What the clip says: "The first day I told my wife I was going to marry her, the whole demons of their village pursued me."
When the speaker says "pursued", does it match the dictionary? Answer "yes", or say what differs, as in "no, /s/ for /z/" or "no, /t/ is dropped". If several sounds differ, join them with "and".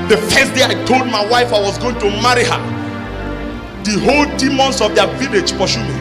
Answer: no, /ʃ/ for /s/